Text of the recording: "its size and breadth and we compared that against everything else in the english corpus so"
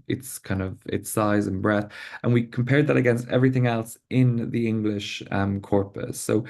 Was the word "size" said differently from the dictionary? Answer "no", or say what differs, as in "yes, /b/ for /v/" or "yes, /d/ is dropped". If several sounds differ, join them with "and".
no